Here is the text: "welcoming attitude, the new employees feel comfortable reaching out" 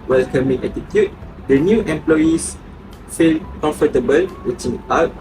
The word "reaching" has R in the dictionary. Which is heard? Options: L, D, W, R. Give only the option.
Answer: W